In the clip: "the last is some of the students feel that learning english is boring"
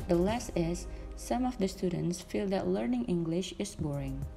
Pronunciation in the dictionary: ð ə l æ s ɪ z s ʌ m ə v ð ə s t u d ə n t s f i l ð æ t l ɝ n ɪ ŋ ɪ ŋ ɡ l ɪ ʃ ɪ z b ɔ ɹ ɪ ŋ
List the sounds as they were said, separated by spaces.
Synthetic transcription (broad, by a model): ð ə l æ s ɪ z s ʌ m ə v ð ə s t u d ə n t s f i l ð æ t l ɝ n ɪ ŋ ɪ ŋ ɡ l ɪ ʃ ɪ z b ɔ ɹ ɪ ŋ